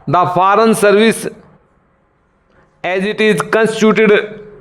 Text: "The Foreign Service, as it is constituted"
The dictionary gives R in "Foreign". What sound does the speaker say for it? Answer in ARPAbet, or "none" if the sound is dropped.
R